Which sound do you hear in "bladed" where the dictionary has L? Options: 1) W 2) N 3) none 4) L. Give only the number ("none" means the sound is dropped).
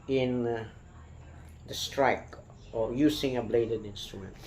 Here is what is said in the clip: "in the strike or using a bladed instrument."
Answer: 4